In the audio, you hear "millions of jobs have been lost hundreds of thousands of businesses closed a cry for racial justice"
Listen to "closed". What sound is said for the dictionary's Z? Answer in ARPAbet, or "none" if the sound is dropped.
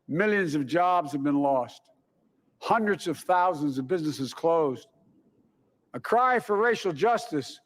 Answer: Z